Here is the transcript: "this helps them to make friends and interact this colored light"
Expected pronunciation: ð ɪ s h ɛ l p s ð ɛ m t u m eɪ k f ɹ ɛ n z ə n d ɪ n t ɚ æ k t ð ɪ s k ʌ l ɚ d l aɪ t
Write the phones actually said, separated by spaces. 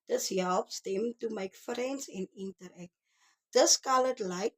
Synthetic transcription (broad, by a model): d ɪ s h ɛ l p s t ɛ m t u m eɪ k f ɹ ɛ n s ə n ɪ n t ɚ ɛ k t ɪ s k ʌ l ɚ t l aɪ t